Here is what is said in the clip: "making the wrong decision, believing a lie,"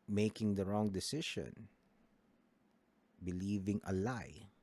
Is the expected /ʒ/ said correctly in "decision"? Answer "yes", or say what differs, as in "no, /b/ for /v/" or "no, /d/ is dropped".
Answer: no, /ʃ/ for /ʒ/